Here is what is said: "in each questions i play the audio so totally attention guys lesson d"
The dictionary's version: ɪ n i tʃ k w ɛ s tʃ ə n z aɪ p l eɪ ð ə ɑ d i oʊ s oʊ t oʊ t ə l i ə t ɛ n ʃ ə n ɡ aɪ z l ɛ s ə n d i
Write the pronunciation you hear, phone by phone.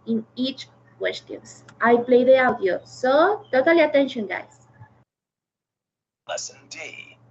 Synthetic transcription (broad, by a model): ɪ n i tʃ k w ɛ s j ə n s aɪ p l eɪ ð ə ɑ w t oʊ s oʊ t oʊ t ə l i ə t ɛ n ʃ ə n ɡ aɪ s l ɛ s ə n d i